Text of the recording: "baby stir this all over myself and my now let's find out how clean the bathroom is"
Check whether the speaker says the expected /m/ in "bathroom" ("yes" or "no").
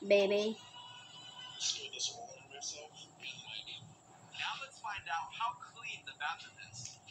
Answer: no